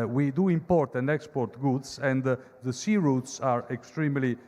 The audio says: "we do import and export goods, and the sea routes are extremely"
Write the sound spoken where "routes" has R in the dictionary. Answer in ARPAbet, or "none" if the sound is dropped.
R